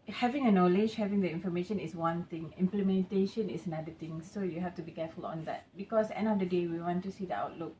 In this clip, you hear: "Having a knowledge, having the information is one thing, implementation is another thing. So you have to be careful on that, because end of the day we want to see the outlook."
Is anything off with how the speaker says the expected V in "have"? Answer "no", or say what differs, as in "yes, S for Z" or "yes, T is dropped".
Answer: yes, F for V